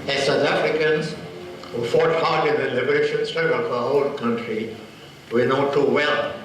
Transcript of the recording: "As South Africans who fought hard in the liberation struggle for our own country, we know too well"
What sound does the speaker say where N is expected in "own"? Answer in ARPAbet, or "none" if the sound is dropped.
L